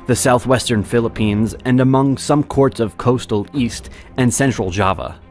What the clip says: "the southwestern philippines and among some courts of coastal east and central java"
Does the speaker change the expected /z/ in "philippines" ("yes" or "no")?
no